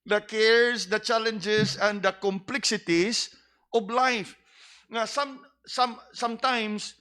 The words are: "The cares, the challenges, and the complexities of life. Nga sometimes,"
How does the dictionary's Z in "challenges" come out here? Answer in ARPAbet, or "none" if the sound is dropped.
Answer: S